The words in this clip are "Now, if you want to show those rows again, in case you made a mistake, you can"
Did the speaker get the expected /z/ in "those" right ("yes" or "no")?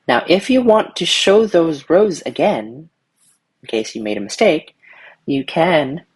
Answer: yes